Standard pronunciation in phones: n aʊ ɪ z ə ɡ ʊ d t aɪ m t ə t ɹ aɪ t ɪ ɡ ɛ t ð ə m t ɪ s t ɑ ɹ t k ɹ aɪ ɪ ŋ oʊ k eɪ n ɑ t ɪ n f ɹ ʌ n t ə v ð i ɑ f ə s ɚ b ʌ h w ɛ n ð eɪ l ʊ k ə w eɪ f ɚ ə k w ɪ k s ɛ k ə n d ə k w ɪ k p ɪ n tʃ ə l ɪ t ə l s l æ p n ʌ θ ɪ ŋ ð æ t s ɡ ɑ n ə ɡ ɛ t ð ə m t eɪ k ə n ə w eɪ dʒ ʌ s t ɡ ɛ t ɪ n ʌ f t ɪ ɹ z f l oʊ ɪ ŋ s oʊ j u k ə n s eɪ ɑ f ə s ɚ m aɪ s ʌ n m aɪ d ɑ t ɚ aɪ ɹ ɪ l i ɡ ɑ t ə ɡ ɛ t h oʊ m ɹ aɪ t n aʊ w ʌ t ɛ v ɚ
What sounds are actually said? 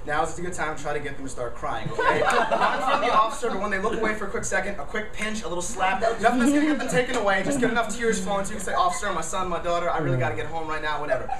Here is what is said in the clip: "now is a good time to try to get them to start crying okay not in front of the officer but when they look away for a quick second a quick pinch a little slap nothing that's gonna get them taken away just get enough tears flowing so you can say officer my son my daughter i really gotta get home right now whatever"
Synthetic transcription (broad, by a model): n aʊ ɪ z ə ɡ ʊ d t aɪ m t t ɹ aɪ t ɪ ɡ ɛ t ð ə m t ɪ s t ɑ ɹ t k ɹ aɪ ɪ ŋ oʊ eɪ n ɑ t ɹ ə ð i ɑ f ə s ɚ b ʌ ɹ w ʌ n ð eɪ l ʊ k ə w eɪ f ɚ ə k w ɪ k s ɛ k ə n d ə k w ɪ k p ɪ n tʃ ə l ɪ t l s l æ p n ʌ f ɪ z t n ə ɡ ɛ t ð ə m t eɪ k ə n ə w eɪ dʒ ʌ s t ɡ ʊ t ɪ n ʌ f t ɪ ɹ z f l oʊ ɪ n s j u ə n s eɪ ɑ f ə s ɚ m aɪ s ʌ n m aɪ d ɑ t ɚ aɪ ɹ ɪ l i ɡ ɑ t ə ɡ ɛ t h oʊ m ɹ aɪ t n aʊ w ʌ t ɛ v ɚ